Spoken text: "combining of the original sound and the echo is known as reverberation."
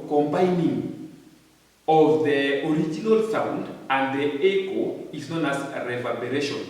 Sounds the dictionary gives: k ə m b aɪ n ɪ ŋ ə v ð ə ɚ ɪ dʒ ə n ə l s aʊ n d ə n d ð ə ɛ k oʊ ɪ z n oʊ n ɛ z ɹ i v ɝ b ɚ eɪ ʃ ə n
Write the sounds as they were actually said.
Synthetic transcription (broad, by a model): k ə m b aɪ n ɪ ŋ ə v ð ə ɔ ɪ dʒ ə n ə l s aʊ n d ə n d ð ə ɛ k oʊ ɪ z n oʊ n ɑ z ɹ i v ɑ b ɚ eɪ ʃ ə n